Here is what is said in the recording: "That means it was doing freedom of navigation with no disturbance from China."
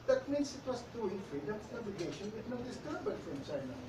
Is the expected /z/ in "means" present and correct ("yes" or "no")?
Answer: no